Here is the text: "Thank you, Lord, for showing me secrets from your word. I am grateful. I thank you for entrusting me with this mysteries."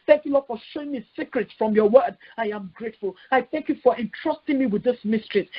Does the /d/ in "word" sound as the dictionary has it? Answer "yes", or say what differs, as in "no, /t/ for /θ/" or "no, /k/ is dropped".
yes